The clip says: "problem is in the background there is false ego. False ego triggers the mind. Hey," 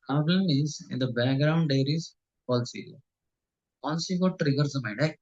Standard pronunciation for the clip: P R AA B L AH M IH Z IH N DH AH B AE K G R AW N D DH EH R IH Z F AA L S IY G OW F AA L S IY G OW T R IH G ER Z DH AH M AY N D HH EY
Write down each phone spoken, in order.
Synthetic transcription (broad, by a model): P R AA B L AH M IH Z IH N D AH B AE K G R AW N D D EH R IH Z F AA L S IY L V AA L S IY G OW T R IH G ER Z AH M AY D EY